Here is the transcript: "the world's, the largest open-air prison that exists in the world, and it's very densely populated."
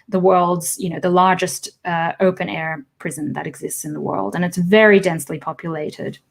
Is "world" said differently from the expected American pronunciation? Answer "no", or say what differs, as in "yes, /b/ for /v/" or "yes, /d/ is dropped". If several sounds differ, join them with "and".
no